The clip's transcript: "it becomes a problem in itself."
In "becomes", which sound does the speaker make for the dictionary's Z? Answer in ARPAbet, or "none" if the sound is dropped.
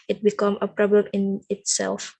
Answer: none